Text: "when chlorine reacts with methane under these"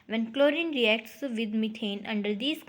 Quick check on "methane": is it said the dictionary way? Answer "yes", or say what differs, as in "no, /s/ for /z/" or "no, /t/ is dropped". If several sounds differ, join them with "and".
no, /t/ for /θ/